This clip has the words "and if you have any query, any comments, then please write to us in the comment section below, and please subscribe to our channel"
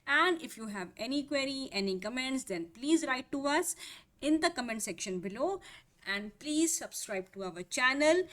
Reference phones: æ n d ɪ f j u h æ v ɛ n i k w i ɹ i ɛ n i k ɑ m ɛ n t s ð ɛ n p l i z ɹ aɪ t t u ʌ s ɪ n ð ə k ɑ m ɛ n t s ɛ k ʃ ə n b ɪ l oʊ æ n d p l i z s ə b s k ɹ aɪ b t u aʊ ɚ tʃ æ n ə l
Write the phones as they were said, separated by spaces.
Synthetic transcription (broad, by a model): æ n d ɪ f j u h æ v ɛ n i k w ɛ ɹ i ɛ n i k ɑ m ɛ n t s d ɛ n p l i z ɹ aɪ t t u ʌ s ɪ n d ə k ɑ m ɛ n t s ɛ k ʃ ə n b ɪ l oʊ æ n d p l i z s ə b s k ɹ aɪ b t u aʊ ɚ tʃ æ n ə l